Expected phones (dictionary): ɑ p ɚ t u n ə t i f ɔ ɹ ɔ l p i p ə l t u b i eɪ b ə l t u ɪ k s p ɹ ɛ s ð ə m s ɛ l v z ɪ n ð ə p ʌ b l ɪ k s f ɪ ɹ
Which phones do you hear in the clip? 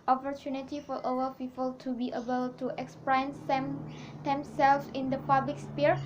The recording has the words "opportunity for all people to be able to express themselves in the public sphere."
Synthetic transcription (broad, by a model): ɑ p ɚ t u n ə t i f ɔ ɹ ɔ w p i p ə l t u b i eɪ b ə l t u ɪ k s p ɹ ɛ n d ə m s ɛ l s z ɪ n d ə p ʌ b l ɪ k s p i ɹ